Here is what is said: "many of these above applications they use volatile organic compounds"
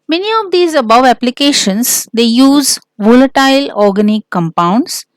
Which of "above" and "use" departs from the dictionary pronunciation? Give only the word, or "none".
none